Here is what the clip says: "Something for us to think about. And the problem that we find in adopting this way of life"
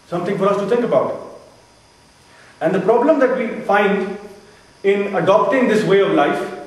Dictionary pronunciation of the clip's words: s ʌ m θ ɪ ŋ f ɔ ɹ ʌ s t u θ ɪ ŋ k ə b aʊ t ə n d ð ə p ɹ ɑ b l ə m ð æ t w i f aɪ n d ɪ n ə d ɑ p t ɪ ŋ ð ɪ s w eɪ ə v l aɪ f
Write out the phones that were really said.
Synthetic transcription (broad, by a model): s ʌ m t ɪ ŋ f ɔ ɹ ʌ s t u t ɪ ŋ k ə b aʊ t ə n d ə p ɹ ɑ b l ə m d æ t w i f aɪ n d ɪ n ə d ɑ p t ɪ ŋ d ɪ s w eɪ ə v l aɪ f